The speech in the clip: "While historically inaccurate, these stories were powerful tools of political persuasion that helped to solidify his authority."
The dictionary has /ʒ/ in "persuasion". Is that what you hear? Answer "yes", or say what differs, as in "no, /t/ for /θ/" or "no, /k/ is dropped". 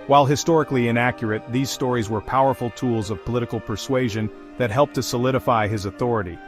yes